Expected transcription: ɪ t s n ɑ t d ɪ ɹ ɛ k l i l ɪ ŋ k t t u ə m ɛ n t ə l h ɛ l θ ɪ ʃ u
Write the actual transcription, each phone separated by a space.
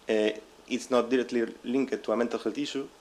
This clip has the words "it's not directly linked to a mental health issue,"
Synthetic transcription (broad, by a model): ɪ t s n ɑ t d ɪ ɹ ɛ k l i l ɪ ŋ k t t u ə m ɛ n t ə l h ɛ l t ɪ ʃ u